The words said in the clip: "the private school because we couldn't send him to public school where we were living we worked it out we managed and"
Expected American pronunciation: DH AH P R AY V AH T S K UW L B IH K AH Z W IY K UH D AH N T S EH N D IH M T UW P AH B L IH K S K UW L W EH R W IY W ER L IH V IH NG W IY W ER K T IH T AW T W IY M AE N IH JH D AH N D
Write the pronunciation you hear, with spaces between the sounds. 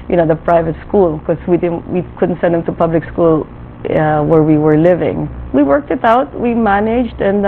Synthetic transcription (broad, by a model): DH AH P R AY V AH T S K UW L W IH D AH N W IY K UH D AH N T S EH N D IH M T UW P AH B L IH K S K UW L W EH R W IY W ER L IH V IH NG W IY W ER K T IH T AW T W IY M AE N IH JH D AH N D